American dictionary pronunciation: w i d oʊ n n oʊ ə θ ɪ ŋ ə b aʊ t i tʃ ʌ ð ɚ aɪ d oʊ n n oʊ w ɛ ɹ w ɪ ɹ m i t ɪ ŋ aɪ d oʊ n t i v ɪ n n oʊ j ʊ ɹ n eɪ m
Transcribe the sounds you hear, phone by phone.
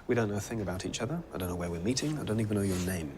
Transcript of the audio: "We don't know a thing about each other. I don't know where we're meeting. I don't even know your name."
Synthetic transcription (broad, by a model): w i d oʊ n n oʊ ə θ ɪ ŋ ə b aʊ t i tʃ ʌ ð ɚ aɪ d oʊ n n oʊ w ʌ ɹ w ɪ ɹ m i t ɪ ŋ aɪ d oʊ n t i v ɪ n n oʊ j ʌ ɹ n eɪ m